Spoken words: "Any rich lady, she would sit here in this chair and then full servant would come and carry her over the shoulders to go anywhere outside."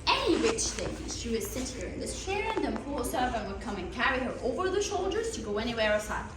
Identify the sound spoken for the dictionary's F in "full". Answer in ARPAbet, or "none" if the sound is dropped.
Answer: P